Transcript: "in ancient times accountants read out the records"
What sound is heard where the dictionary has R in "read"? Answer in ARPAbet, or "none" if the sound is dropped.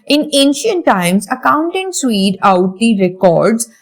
W